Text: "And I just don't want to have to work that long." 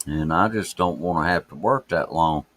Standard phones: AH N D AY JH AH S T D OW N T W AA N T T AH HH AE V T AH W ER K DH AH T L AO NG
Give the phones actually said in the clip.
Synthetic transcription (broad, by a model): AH N AY JH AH S D OW N T W AA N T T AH HH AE F T AH W ER K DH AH T L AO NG